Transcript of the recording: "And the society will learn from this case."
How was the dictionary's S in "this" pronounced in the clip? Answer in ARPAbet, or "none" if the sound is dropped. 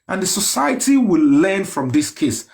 S